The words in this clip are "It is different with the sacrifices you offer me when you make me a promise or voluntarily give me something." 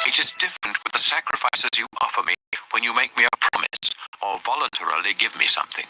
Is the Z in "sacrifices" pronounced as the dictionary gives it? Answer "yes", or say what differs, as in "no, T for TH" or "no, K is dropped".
yes